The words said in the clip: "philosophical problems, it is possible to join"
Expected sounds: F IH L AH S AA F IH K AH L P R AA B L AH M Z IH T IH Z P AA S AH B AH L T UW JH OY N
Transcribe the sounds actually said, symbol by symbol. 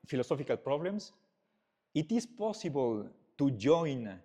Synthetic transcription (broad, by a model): F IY L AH S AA F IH K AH L P R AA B L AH M S IH T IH S P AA S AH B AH L T UW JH OY N